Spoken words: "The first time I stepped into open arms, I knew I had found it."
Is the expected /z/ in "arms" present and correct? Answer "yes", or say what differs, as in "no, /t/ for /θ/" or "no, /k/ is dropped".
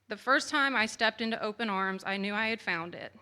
yes